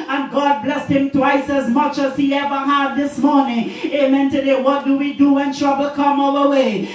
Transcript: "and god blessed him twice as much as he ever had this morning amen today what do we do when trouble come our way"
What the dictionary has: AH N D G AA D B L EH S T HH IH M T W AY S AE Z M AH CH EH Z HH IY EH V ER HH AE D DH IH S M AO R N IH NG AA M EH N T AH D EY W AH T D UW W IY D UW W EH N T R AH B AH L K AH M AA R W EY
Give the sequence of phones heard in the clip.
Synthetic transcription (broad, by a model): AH N G AA D B L EH S T HH IH M T W AY S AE Z M AH CH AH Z HH IY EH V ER HH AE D DH IH S M AO R N IH NG AA M EH N T AH D EY W AH T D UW W IY D UW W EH N T R AH B AH L K AH M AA L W EY